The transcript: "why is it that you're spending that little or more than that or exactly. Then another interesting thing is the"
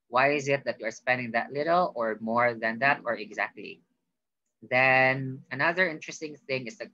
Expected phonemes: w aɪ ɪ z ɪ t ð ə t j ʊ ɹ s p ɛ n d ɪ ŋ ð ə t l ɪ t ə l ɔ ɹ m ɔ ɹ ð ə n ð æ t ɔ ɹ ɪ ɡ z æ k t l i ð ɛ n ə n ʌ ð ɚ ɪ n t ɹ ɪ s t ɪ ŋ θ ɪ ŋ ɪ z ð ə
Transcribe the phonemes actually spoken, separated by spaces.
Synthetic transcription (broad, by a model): w aɪ ɪ z ɪ t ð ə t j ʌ ɹ s p ɛ n d ɪ ŋ ð ə t l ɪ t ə l ɔ ɹ m ɔ ɹ ð ə n ð æ t ɔ ɹ ɪ ɡ z æ k t l i ð ɛ n ə n ʌ ð ɚ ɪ n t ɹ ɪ s t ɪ ŋ θ ɪ ŋ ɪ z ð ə